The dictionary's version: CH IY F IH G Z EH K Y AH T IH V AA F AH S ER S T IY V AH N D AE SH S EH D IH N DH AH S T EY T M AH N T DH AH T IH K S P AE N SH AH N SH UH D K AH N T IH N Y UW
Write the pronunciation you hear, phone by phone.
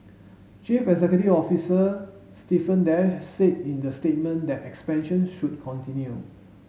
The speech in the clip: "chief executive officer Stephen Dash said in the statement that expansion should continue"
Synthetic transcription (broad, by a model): CH IY F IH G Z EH K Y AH T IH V AA F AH S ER S T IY F AH N D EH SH S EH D IH N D AH S T EY T M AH N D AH T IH K S P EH N SH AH N SH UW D K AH N T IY N Y UW